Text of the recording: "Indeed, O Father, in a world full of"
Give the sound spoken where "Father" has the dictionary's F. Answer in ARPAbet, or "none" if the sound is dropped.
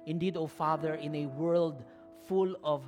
F